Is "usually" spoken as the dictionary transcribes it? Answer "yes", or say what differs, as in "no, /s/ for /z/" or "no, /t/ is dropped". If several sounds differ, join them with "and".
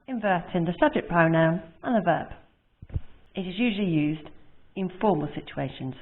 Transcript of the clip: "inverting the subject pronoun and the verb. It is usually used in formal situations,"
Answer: yes